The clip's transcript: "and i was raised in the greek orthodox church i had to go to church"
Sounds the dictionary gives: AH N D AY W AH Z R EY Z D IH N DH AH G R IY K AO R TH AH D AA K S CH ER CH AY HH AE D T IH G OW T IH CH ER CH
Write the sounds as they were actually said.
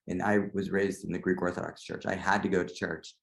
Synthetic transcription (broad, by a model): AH N AY W AH Z R EY Z D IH N DH AH G R IY K AO R TH AH D AA K S CH ER CH AY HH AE D T IH G OW T IH CH ER CH